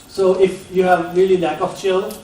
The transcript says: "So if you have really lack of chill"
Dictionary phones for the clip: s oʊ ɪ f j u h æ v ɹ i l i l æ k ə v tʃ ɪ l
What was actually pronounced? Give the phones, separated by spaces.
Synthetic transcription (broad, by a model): s oʊ ɪ f j u h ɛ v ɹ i l i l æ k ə f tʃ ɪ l